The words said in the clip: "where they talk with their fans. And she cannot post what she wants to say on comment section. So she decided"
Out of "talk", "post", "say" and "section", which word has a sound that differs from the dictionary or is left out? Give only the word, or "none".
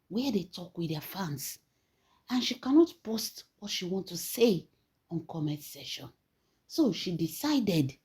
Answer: section